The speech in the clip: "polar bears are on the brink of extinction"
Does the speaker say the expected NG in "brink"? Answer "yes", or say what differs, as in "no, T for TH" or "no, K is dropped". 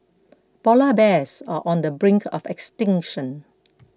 yes